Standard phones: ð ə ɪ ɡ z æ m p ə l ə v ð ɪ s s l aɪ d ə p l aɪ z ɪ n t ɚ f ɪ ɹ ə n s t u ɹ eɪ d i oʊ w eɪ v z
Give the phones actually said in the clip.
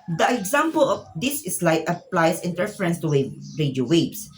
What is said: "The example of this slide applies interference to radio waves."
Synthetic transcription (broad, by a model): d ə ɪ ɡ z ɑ m p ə l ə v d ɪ s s l aɪ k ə p l aɪ s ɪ n t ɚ f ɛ ɹ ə n s t u w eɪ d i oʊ w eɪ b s